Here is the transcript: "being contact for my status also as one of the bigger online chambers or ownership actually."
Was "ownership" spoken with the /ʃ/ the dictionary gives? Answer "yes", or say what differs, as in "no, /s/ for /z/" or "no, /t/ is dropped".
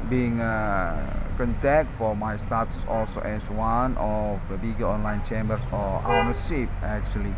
no, /s/ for /ʃ/